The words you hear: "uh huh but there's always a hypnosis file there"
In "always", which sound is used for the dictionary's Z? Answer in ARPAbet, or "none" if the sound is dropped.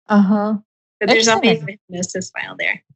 none